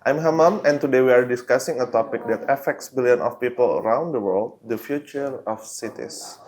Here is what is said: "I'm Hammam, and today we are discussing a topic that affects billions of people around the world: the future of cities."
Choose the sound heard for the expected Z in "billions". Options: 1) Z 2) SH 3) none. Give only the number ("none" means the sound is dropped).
3